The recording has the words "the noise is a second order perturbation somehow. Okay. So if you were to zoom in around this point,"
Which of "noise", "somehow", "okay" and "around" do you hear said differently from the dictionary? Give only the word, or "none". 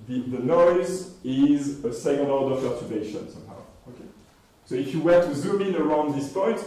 none